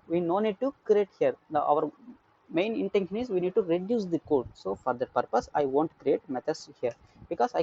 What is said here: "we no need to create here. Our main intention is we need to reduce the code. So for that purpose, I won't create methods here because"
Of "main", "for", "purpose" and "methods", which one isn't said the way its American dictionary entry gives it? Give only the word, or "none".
methods